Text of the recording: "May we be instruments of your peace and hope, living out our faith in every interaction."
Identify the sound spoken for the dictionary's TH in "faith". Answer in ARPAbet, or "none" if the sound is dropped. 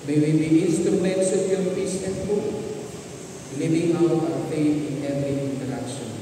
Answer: T